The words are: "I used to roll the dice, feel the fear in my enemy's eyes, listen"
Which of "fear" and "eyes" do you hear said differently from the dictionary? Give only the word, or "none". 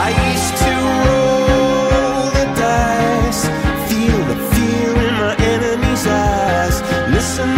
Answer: fear